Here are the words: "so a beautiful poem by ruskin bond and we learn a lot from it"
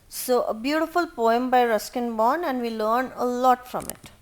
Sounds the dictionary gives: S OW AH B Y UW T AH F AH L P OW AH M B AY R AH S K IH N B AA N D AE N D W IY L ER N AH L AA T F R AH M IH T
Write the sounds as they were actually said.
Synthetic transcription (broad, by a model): S OW AH B Y UW T AH F AH L P OW AH M B AY R AH S K IH N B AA N AE N D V IY L ER N AH L AA T F R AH M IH T